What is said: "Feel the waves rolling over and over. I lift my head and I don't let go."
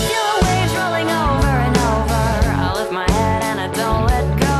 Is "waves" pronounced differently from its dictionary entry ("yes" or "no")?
yes